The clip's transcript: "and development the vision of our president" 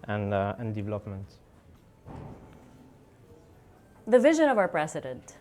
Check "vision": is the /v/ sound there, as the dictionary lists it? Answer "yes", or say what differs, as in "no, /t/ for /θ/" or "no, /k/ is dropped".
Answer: yes